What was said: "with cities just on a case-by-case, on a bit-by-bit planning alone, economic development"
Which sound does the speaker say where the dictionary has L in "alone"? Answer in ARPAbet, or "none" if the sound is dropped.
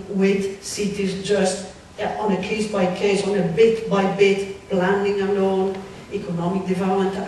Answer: N